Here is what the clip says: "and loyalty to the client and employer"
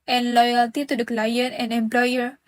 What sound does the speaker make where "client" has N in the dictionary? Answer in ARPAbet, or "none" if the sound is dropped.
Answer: none